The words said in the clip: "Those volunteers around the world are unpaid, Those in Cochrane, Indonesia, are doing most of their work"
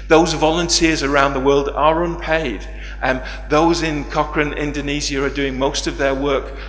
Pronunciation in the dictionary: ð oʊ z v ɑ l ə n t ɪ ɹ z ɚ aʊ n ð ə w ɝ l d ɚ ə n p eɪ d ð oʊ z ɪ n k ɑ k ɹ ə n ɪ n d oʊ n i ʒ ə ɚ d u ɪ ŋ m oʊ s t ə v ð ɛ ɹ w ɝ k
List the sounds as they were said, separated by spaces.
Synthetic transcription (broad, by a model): ð oʊ z v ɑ l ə n t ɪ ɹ z ɚ aʊ n ð ə w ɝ l d ɚ ə n p eɪ d ð oʊ z ɪ n k ɑ k ɹ ə n ɪ n d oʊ n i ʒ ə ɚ d u ɪ ŋ m oʊ s t ə v ð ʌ ɹ w ɝ k